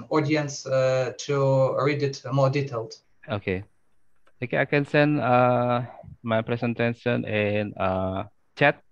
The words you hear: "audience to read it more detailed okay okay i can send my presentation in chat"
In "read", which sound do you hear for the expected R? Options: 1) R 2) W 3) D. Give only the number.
1